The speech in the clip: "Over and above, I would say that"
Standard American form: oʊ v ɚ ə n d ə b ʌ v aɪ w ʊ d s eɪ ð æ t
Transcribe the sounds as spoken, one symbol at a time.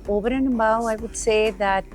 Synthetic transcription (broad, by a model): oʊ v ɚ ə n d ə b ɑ aɪ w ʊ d s eɪ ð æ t